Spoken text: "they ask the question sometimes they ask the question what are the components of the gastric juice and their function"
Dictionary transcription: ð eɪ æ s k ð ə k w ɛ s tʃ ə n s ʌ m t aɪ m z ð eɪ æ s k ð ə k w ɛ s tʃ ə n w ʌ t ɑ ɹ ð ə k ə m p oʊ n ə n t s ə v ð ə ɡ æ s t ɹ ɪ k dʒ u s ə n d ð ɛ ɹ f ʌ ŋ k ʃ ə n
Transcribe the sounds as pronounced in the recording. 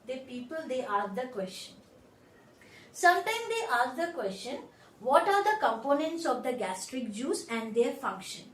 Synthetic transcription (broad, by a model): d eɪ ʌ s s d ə k w ɛ s tʃ ə n s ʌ m t aɪ m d eɪ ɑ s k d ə k w ɛ s tʃ ə n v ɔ t ɑ ɹ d ə k ə m p oʊ n ə n t s ə v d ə ɡ æ s t ɹ ɪ k dʒ u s ə n d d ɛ ɹ f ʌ ŋ k ʃ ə n